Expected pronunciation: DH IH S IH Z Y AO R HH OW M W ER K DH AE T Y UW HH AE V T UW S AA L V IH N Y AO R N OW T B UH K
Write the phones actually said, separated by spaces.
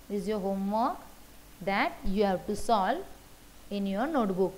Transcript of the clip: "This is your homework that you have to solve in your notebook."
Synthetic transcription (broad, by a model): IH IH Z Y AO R HH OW M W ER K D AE T Y UW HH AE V T UW S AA L IH N Y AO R N OW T B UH K